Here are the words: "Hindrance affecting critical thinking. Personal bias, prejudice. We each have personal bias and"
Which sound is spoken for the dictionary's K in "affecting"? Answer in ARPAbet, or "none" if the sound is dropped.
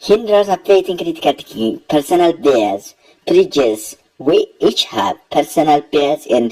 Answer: none